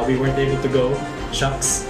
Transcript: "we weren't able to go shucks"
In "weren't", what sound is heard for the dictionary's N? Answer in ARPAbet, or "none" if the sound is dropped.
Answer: N